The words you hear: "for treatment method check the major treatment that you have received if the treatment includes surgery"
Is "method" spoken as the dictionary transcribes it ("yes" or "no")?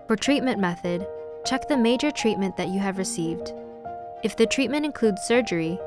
yes